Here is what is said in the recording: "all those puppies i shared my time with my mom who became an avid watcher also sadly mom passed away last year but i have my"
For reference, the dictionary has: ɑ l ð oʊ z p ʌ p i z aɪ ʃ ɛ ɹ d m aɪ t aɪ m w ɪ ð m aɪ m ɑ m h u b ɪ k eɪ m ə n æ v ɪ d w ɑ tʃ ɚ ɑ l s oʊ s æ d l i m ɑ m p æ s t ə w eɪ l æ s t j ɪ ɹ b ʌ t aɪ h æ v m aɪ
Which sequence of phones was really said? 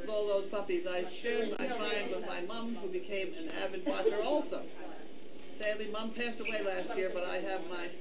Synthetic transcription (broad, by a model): ɑ l ð oʊ z p ʌ p i z aɪ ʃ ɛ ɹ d m aɪ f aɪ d w ɪ ð m aɪ m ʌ m h u b ɪ k eɪ m ə n æ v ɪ d w ɑ tʃ ɚ ɑ l s oʊ s æ d l i m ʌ m p æ s t ə w eɪ l æ s t j ɪ ɹ b ʌ t aɪ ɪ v m aɪ